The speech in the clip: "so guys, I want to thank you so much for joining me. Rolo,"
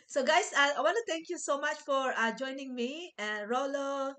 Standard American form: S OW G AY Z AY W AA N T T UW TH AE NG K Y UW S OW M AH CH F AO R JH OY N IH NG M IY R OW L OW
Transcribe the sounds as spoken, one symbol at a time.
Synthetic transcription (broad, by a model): S OW G AY S AY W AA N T T UW T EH NG K Y UW S OW M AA CH F AO R JH OY N IH NG M IY R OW L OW